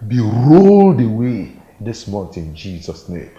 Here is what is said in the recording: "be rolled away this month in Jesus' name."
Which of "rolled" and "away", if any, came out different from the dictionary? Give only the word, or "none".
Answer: none